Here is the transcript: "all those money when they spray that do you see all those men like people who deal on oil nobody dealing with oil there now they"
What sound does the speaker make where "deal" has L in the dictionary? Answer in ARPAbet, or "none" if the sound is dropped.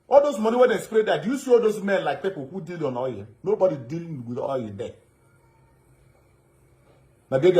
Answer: L